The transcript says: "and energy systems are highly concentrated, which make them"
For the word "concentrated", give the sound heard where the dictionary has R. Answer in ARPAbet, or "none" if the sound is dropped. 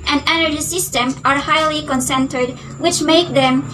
none